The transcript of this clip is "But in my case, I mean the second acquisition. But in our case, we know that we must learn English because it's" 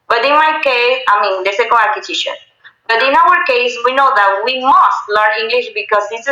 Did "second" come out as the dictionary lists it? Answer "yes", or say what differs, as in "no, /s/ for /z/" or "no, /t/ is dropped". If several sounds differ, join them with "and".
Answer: no, /n/ is dropped